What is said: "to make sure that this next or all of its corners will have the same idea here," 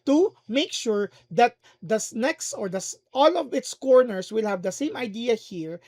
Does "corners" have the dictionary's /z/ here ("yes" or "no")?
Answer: no